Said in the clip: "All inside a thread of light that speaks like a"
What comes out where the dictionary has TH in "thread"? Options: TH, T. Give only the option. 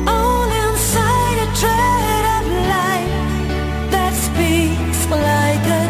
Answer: T